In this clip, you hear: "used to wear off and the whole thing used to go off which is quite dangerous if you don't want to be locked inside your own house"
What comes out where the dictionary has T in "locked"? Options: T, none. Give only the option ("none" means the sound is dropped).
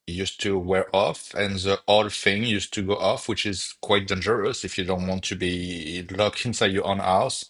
none